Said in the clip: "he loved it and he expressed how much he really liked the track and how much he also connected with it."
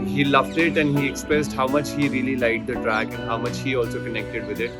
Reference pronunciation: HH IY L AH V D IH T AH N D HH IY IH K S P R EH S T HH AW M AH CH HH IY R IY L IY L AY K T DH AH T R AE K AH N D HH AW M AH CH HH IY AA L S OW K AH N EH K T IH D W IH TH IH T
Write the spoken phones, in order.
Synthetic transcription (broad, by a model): HH IY L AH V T IH T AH N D HH IY IH K S P R EH S T HH AW M AH CH HH IY R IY L IY L AY T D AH T R AE K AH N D HH AW M AH CH HH IY AA L S OW K AH N EH K T IH D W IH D IH T